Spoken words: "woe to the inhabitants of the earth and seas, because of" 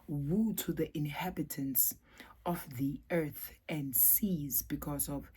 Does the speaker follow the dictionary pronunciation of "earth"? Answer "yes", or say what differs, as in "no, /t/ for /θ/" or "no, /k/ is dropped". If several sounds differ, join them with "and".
yes